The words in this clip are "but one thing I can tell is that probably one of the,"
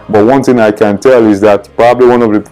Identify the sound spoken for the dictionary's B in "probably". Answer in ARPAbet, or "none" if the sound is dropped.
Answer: B